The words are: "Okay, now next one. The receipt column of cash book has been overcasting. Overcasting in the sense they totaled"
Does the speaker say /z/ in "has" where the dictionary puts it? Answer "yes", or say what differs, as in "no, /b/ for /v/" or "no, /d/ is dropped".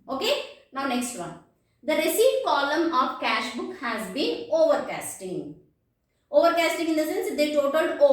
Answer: yes